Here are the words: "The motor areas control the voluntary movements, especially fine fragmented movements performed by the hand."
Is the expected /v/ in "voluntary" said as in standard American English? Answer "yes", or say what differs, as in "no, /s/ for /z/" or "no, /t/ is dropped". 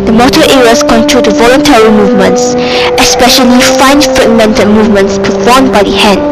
yes